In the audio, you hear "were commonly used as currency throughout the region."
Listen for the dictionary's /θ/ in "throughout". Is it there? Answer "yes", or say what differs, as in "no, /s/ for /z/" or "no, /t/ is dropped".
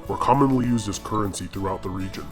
yes